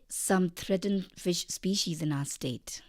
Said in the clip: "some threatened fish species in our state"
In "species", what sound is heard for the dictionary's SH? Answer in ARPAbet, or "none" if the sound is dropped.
SH